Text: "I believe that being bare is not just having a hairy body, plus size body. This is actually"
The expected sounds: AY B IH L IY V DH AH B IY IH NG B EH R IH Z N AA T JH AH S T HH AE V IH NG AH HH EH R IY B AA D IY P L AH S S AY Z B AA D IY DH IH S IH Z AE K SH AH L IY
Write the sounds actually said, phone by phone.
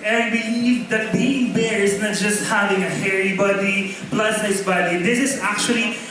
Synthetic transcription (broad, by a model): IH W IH N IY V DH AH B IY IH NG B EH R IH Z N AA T JH AH S T HH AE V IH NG AH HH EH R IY B AA D IY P L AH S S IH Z B AA D IY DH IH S IH Z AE K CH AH L IY